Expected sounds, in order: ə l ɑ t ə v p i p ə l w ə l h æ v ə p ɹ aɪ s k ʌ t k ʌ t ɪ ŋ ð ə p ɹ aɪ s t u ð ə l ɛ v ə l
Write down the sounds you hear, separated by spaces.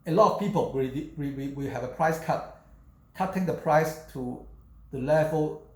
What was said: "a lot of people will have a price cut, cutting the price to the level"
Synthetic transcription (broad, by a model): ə l ɑ t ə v p i p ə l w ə w h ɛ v ə p ɹ aɪ s k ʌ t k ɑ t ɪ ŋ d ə p ɹ aɪ s t u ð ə l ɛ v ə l